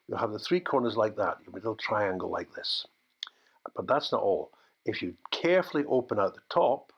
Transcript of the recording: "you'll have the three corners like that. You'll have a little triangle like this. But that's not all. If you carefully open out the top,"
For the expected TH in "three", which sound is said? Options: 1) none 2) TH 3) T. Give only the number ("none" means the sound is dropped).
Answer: 2